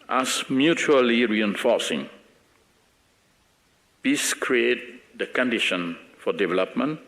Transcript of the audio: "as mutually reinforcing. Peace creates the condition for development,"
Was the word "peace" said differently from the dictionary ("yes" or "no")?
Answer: yes